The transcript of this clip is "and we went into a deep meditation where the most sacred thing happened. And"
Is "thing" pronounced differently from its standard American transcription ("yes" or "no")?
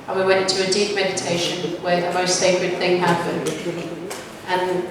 no